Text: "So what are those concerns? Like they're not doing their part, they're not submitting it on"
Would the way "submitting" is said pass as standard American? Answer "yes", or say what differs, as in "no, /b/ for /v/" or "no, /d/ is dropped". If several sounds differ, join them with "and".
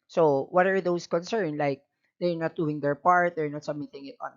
no, /b/ is dropped